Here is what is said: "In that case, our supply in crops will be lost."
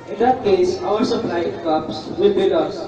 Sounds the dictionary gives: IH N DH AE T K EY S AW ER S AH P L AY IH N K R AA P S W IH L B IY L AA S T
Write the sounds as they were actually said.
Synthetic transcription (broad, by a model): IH N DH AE T K EY S AW ER S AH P L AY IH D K AA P S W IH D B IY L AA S